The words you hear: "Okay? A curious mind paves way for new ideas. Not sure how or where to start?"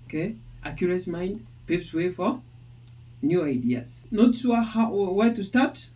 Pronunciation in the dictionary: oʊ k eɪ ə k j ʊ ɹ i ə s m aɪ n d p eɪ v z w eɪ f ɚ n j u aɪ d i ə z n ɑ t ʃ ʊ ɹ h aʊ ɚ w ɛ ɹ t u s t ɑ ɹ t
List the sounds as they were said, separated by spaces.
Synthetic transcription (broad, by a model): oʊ k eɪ ə k j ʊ ɹ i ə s m aɪ n d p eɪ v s w eɪ f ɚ n j u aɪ d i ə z n ɑ t s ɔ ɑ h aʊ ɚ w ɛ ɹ t u s t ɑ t